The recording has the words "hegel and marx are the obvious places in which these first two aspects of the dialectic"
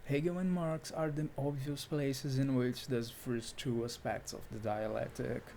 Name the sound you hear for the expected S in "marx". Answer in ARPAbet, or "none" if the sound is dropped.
S